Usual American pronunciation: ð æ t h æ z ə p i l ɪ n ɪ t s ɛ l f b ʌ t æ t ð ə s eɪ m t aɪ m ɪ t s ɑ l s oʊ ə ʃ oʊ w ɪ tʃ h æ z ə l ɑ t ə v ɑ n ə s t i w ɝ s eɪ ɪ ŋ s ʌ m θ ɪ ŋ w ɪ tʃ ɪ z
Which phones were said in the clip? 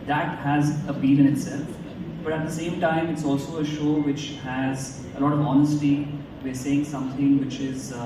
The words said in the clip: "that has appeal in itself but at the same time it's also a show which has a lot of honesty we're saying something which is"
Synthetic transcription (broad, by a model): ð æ t h æ z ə b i n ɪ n ɪ t s ɛ l f b ʌ t æ t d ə s eɪ m t aɪ m ɪ t s ɑ l s oʊ ə ʃ oʊ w ɪ tʃ h æ z ə l ɑ t ə v ɑ n ə s t i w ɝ s eɪ ɪ ŋ s ʌ m t ɪ ŋ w ɪ tʃ ɪ z